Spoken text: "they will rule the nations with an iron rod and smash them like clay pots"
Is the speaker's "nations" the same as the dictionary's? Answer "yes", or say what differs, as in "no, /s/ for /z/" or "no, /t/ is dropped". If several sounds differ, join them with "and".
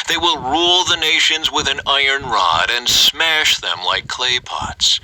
yes